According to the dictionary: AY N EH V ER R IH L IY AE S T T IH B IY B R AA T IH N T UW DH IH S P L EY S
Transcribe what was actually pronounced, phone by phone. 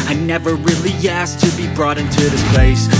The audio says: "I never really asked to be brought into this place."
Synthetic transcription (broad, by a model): AY N EH V ER R IH L IY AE S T T IH B IY B R AA T IH N T UW DH IH S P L EY S